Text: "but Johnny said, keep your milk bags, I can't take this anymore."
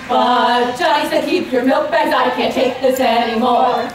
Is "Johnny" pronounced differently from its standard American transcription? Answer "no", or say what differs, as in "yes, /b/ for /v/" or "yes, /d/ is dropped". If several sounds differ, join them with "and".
yes, /n/ is dropped